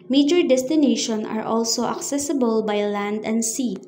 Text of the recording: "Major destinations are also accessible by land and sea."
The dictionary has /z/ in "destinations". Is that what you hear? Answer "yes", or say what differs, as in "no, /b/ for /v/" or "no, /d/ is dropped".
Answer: no, /z/ is dropped